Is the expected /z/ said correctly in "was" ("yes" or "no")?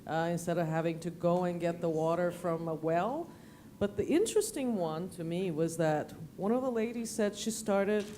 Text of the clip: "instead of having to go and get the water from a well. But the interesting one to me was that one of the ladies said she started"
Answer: yes